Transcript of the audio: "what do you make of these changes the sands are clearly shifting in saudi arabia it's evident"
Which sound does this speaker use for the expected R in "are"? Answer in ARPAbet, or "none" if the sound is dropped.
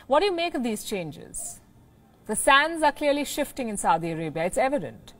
R